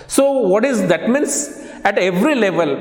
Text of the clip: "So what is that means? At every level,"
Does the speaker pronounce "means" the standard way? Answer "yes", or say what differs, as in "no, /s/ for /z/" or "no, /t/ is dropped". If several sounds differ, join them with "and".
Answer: no, /s/ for /z/